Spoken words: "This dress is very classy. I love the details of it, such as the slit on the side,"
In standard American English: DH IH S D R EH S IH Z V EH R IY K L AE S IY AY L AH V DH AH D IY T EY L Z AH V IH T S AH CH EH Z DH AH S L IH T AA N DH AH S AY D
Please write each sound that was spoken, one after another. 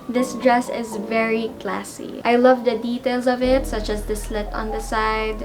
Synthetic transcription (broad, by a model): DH IH S D R EH S IH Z V EH R IY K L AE S IY AY L AH V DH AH D IY T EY L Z AH V IH T S AH CH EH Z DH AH S L IH T AA N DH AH S AY D